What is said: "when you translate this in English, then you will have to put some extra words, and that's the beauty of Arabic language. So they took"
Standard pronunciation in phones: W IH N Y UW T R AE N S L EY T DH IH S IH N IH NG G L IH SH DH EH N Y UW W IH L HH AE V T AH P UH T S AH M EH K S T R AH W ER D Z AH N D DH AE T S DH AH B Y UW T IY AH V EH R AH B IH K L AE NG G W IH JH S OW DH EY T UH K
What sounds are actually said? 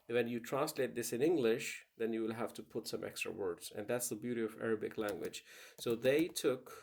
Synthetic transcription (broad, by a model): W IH N Y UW T R AE N S L EY T DH IH S IH N IH NG G L IH SH DH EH N Y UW W IH L HH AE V T AH P UH T S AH M EH K S T R AH W ER D Z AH N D DH AE T S DH AH B Y UW T IY AH V EH R AH B IH K L AE NG G W IH JH S OW DH EY T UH K